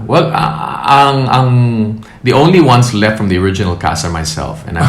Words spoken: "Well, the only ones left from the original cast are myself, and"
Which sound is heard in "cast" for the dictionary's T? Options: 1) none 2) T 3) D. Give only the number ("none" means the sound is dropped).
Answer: 1